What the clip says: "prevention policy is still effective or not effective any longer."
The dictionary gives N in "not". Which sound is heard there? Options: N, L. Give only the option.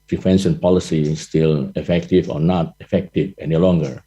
N